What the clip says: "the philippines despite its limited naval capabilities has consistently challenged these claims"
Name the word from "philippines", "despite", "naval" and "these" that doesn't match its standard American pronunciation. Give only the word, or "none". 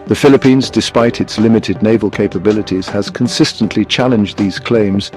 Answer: none